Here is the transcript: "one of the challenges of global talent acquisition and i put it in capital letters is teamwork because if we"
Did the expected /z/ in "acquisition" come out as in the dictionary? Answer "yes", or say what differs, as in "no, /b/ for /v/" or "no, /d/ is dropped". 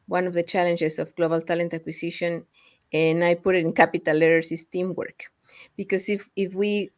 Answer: no, /s/ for /z/